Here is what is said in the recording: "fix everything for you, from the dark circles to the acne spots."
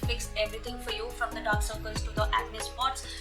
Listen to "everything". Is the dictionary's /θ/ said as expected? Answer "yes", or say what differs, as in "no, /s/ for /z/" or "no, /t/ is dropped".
no, /t/ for /θ/